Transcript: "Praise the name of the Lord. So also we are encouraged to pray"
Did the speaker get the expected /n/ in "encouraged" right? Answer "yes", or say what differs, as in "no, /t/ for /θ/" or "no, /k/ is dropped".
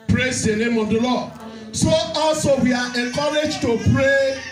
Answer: no, /n/ is dropped